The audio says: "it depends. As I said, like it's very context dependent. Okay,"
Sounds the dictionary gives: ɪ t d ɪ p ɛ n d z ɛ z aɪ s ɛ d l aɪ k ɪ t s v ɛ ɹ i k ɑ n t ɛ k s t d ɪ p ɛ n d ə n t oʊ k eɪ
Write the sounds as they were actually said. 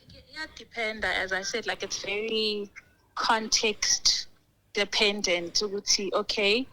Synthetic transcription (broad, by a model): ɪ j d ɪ p ɛ n d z ɛ z aɪ s ɛ d l aɪ k ɪ t s v ɛ ɹ i k ɑ n t ɛ k s t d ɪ p ɛ n d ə n t oʊ k eɪ